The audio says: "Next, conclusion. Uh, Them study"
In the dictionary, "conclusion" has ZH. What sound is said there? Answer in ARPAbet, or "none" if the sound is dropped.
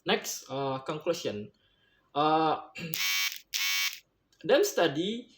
SH